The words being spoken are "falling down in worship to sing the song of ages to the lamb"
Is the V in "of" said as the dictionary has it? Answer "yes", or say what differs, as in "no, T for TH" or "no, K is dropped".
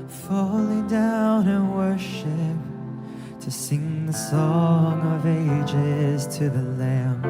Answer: yes